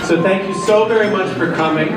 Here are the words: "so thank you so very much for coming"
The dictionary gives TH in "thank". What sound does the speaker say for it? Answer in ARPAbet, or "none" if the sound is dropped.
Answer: TH